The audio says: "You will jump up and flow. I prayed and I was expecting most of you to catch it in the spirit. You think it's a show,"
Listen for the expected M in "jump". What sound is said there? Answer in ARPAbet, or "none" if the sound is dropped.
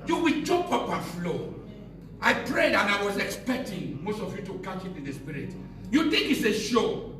none